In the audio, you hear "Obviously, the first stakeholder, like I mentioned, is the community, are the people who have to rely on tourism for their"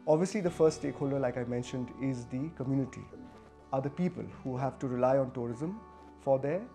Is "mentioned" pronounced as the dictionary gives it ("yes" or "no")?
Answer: yes